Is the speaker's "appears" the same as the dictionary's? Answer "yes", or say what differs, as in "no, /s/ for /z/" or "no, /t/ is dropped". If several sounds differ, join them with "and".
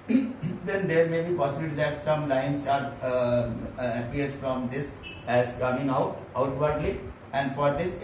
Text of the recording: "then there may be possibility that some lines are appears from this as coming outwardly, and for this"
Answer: no, /s/ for /z/